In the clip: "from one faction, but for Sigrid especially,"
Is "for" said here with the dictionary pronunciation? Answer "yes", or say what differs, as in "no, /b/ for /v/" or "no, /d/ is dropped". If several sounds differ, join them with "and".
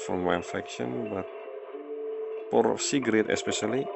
no, /p/ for /f/